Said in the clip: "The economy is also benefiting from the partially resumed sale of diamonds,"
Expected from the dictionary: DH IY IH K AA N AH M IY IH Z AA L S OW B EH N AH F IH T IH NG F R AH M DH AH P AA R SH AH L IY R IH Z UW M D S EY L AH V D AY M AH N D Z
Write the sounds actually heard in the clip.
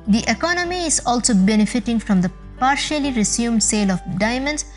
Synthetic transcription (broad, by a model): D IY IH K AA N AH M IY IH Z AA L S OW B EH N AH F IH T IH NG F R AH M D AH P AA R SH AH L IY R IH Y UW M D S EY L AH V D AY M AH N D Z